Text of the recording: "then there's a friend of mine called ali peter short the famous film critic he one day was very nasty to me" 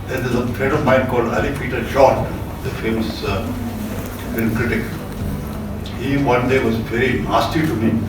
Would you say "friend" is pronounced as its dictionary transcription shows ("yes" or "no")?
no